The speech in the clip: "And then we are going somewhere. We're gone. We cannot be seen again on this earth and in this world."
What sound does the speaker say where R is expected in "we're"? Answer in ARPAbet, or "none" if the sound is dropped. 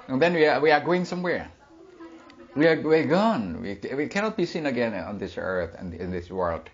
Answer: W